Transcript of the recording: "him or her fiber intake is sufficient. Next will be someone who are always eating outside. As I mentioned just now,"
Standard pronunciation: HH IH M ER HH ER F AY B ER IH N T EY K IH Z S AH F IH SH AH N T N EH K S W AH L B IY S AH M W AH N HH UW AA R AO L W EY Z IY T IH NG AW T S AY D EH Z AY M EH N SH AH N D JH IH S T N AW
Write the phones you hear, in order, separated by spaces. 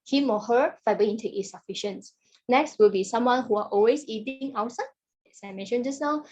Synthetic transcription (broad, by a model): HH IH M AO HH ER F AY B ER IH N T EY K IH S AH F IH SH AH N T N EH K S W AH L B IY S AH M W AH N HH UW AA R AO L W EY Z IY T IH NG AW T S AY EH S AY M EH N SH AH N JH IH S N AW